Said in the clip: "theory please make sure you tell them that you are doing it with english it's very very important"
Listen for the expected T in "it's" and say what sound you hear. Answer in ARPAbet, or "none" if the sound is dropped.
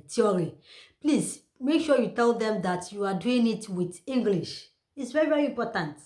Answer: T